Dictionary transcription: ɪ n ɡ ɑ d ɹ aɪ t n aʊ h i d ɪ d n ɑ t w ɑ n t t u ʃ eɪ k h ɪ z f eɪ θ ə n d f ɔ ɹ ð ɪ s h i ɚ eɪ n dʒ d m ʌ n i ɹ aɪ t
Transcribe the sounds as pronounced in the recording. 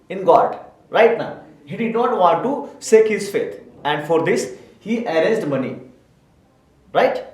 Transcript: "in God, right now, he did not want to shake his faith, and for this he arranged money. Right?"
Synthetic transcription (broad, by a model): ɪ n ɡ ɑ d ɹ aɪ t n aʊ h i d ɪ d n ɑ t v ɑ n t t u s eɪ k h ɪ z f eɪ t ə n d f ɔ ɹ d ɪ s h i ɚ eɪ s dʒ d m ʌ n i ɹ aɪ t